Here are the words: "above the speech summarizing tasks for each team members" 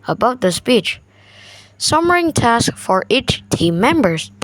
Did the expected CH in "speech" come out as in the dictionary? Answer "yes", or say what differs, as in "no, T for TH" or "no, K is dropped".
yes